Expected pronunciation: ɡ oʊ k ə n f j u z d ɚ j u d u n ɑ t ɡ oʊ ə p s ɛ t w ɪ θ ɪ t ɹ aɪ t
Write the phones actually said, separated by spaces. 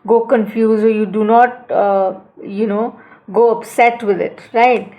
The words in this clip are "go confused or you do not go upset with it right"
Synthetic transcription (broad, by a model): ɡ oʊ k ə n f j u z ɚ j u d u n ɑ t ɡ oʊ ə p s ɛ t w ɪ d ɪ t ɹ aɪ t